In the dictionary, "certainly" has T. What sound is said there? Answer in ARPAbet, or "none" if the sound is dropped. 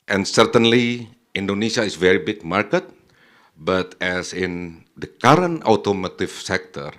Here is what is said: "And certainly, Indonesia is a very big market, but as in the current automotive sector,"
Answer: T